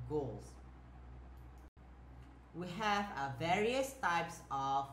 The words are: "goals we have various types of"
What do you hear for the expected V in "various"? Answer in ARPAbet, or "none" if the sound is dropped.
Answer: V